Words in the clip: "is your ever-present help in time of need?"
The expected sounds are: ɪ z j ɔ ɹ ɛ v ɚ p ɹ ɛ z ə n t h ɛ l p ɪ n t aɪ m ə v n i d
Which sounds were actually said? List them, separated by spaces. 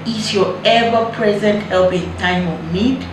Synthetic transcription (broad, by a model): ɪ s j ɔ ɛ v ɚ p ɹ ɛ z ə n t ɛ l b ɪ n t aɪ m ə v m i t